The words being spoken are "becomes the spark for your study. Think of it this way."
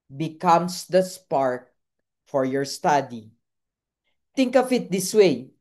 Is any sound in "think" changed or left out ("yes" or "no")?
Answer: yes